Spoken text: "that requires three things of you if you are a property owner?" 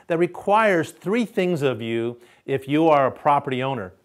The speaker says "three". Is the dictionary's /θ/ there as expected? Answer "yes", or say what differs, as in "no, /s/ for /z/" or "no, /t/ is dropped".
yes